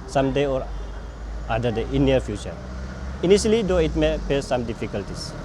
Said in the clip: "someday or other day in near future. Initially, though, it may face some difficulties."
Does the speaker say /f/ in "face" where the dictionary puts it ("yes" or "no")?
no